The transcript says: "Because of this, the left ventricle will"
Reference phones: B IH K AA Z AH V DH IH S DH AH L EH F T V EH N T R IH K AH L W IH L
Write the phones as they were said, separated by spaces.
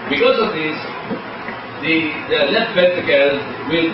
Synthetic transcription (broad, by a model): B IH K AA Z AH V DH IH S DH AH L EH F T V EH T IH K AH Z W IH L